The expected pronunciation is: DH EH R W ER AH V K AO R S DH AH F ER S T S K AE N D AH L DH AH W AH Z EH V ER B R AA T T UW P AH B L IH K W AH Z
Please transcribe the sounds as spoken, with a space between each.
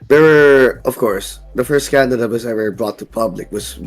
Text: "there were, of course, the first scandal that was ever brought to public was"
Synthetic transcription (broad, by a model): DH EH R W ER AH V K AO R S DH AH F ER S T K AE N D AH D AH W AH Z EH W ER B R AA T T UW P AH B L IH K W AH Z